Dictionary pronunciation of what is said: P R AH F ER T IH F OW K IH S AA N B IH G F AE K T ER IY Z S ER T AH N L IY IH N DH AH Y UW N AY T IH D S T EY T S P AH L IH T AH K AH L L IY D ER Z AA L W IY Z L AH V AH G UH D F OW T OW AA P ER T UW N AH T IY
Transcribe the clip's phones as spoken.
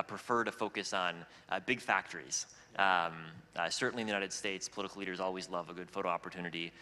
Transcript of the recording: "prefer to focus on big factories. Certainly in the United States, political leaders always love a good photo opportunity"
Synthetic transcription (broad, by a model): P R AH F ER T IH F OW K IH S N B IH G F AE K T ER IY Z S ER T N L IY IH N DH Y UW N AY T IH D S T EY T S P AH L IH T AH K L L IY D ER Z AA L W IY Z L AH V AH G UH D F OW T OW AA P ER T UW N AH T IY